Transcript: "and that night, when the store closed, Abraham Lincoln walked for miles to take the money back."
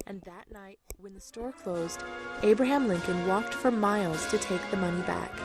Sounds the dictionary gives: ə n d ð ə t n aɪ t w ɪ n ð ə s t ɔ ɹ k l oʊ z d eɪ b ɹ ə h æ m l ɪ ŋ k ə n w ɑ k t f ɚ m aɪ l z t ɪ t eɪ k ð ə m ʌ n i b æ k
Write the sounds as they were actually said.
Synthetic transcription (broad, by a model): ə n ð ə t n aɪ t w ɪ n ð ə s t ɔ ɹ k l oʊ z d eɪ b ɹ ə h æ m l ɪ ŋ k ə n w ɑ k t f ɚ m aɪ l z t ɪ t eɪ k ð ə m ʌ n i b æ k